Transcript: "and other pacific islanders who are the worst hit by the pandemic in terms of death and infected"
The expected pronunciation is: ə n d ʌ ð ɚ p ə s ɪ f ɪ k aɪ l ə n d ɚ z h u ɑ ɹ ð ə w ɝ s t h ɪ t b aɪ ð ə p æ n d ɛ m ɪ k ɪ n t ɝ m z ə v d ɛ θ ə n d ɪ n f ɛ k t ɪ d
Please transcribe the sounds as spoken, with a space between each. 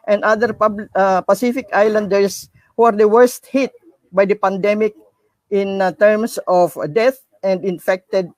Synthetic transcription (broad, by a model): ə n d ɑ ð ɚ p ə s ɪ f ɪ k aɪ l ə n d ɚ s h u ɑ ɹ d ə w ɝ s t h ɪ t b aɪ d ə p æ n d ɛ m ɪ k ɪ n t ɝ m s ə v d ɛ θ ə n d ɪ n f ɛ k t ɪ d